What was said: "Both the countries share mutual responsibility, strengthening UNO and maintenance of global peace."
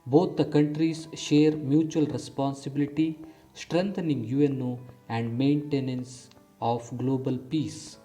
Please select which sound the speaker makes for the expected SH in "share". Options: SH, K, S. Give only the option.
SH